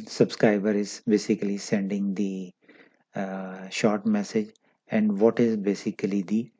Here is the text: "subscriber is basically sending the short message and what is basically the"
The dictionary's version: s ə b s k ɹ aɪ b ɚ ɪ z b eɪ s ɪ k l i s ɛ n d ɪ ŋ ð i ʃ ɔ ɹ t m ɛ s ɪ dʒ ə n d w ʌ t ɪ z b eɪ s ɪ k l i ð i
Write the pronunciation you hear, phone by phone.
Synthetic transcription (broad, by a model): s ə b s k ɹ aɪ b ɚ ɪ z b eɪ s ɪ k l i s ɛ n d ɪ ŋ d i ʃ ɔ ɹ t m ɛ s ɪ dʒ ə n d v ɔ t ɪ z b eɪ s ɪ k l i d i